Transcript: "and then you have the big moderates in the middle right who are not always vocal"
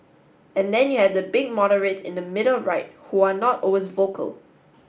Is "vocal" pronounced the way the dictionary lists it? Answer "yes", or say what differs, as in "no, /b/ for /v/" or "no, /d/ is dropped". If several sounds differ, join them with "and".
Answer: yes